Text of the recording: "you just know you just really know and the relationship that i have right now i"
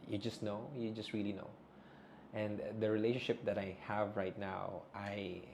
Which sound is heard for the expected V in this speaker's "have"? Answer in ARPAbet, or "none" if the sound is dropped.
V